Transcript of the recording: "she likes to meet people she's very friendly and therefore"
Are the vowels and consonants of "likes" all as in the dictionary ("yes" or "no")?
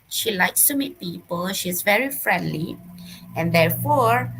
yes